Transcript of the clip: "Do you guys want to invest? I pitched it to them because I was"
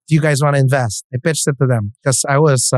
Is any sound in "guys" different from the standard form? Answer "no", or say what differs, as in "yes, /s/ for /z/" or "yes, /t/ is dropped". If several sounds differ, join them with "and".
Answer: no